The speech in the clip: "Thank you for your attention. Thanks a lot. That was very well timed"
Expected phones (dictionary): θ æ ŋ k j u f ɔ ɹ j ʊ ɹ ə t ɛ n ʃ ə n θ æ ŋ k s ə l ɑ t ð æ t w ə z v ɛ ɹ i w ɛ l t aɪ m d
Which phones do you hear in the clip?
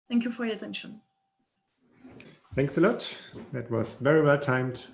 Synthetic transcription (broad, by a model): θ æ ŋ k j u f ɔ ɹ j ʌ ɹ ə t ɛ n ʃ ə n θ æ ŋ k s ə l ɑ t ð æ t w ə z v ɛ ɹ i w ɛ l t aɪ m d